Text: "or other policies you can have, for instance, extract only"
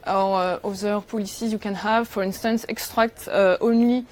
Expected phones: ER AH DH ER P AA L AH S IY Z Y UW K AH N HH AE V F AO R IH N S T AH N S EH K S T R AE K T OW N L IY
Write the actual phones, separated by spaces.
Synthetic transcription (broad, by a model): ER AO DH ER P AA L AH S IY Z Y UW K AH N HH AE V F AO R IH N S T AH N S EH K S T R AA K T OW N L IY